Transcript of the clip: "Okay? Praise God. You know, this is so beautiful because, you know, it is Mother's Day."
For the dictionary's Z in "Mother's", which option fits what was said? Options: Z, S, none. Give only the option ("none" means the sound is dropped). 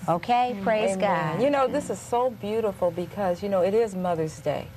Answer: Z